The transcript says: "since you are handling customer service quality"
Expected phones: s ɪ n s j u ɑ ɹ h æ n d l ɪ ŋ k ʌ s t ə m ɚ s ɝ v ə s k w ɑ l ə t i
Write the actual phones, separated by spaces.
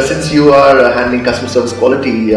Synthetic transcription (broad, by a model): s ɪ n s j u ɑ ɹ h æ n d ɪ ŋ k ʌ s t ə m ɚ s ɝ v ə s k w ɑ l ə t i